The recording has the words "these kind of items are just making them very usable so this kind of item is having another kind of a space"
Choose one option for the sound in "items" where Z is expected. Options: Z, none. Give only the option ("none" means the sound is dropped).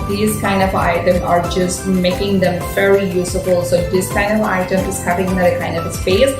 none